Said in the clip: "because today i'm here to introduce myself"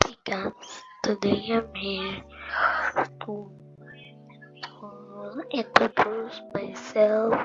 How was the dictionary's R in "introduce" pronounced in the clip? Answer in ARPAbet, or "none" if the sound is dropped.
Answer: none